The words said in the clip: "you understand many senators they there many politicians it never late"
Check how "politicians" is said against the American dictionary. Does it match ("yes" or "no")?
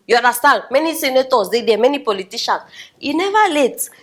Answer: no